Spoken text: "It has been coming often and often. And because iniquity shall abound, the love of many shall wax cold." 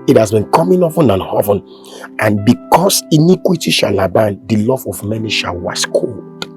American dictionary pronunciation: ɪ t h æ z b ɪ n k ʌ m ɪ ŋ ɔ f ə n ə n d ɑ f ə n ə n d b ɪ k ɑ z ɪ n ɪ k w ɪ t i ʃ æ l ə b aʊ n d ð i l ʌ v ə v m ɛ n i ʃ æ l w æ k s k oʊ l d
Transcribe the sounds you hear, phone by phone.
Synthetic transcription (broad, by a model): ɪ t h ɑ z b ɪ n k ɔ m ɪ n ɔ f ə n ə n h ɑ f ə n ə n b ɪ k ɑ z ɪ n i k w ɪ t i ʃ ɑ l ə b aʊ n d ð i l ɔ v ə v m ɛ n i ʃ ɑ l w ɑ s k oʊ l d